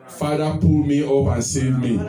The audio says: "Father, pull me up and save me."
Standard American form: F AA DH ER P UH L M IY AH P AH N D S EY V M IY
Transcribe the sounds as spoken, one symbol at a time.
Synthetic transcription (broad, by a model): F AA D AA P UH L M IY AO B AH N S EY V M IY